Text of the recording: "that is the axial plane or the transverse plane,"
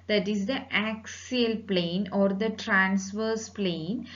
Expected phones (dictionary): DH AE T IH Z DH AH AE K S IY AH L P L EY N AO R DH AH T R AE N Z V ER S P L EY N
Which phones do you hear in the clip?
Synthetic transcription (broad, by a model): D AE T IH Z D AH AE K S IY AH L P L EY N AO R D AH T R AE N S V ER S P L EY N